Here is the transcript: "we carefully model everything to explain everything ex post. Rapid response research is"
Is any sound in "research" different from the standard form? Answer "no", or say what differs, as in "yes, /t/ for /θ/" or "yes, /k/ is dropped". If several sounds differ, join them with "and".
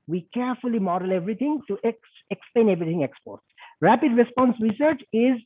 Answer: no